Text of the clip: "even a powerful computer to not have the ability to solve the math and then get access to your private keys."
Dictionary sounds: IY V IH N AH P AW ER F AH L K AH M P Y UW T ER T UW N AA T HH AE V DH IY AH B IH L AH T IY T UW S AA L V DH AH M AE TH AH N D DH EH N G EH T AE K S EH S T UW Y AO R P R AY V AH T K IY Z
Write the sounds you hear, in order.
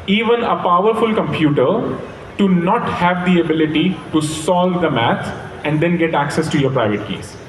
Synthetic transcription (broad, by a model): IY V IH N AH P AW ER F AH L K AH M P Y UW T ER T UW N AA T HH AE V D IY AH B IH L AH T IY T UW S AA L V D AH M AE T AH N D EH N G EH T AE K S EH S T UW Y AO R P R AY V AH T K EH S